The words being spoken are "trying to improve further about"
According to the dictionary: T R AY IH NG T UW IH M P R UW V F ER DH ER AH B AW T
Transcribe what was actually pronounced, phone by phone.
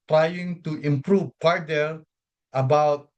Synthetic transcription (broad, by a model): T R AY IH NG T UW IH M P R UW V P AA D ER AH B AW T